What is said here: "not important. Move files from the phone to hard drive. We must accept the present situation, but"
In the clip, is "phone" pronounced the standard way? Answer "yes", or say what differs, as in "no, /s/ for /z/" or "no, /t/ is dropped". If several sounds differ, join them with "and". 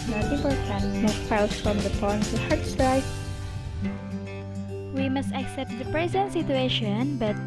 no, /p/ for /f/